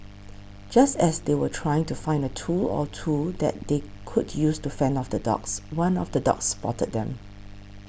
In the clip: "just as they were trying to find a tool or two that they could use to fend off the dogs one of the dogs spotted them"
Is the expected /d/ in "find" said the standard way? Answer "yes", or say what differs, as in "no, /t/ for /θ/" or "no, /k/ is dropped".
yes